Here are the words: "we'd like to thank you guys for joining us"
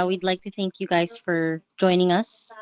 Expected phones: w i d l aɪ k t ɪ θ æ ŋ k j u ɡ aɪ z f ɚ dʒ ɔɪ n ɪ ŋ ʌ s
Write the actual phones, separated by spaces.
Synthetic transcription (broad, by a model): w i d l aɪ k t ɪ θ æ ŋ k j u ɡ aɪ z f ɚ dʒ ɔɪ n ɪ ŋ ʌ s